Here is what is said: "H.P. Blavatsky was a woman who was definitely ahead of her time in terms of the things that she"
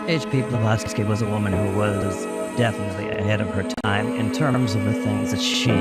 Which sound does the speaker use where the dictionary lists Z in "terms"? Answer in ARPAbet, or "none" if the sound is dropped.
Z